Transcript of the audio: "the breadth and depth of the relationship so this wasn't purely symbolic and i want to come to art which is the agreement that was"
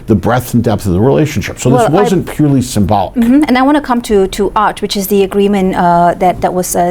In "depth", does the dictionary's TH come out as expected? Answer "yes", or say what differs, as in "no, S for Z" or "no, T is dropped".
yes